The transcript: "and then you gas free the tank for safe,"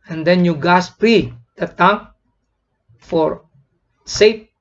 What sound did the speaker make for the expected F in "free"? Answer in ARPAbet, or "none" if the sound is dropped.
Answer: P